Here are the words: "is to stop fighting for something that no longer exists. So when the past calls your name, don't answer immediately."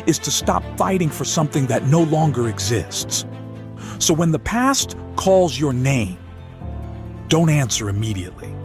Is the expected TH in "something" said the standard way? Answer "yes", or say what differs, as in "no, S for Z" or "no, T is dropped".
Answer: yes